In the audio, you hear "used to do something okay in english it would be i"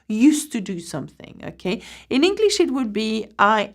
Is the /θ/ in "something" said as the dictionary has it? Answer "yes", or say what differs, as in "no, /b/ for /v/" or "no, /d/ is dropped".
yes